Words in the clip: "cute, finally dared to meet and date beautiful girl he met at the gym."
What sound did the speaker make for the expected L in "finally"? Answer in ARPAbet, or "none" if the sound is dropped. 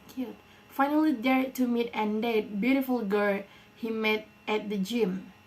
L